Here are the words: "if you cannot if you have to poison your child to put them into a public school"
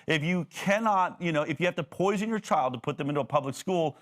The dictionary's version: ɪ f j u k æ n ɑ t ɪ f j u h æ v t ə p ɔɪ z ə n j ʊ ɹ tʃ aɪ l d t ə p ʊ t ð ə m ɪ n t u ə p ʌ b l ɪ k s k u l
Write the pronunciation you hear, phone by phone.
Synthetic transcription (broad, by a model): ɪ f j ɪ k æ n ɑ t ɪ f j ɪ h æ f t ə p ɔɪ z ə n j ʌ ɹ tʃ aɪ l d t ə p ʊ t ð ə m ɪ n t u ə p ʌ b l ɪ k s k u l